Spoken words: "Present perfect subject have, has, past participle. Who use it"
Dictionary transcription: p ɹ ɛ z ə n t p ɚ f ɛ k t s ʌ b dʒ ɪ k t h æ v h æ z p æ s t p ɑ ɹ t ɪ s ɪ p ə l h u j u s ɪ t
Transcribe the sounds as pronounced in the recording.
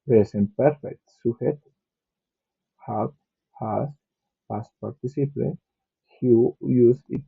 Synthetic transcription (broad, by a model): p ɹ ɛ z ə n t p ɚ f ɛ k t s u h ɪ t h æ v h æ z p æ s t p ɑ ɹ t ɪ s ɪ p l h u j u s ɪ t